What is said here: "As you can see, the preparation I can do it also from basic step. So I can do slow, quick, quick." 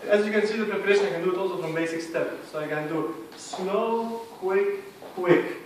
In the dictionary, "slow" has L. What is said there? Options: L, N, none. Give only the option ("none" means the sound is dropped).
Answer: N